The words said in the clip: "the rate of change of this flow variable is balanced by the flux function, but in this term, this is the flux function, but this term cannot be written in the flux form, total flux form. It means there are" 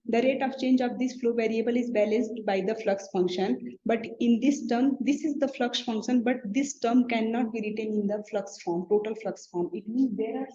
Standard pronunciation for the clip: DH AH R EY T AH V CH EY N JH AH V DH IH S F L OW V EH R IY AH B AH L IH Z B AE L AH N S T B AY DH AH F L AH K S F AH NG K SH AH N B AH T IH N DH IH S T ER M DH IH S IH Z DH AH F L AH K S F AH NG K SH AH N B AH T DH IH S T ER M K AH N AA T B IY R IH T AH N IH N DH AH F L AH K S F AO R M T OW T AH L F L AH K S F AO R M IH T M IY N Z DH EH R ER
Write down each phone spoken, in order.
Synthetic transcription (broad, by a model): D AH R EY T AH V CH EY N JH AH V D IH S F L OW V EH R IY AH B AH L IH Z B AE L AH N S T B AY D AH F L AH K S F AH NG K SH AH N B AH T IH N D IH S T ER M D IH S IH Z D AH F L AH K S F AH NG K SH AH N B AH T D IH S T ER M K AH N AA T B IY R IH T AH N IH N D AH F L AH K S F AO R M T OW T AH L F L AH K S F AO R M IH T M IY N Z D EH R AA